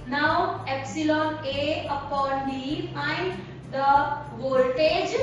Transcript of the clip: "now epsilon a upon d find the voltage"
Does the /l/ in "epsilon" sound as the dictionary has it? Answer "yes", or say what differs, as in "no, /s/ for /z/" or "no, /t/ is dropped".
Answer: yes